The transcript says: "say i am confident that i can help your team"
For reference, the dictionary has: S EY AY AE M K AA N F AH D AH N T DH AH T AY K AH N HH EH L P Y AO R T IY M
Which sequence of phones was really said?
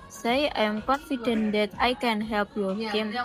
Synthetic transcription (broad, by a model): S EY AY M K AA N F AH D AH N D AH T AY K AH N HH EH L P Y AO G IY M